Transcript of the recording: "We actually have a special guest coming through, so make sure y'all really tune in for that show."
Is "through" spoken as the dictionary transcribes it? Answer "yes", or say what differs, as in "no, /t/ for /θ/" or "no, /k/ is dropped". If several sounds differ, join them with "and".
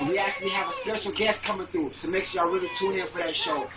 no, /ɹ/ is dropped